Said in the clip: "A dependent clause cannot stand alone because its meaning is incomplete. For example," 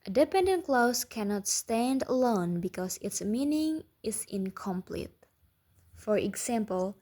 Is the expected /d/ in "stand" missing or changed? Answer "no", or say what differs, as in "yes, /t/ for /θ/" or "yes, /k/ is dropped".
no